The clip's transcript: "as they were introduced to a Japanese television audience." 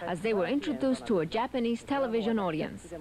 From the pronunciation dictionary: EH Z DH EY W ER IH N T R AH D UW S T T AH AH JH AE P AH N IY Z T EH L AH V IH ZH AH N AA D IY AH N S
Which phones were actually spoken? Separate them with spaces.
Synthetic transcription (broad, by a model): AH Z DH EY W ER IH N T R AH D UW S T T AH AH JH AE P AH N IY Z T EH L AH V IH ZH AH N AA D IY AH N S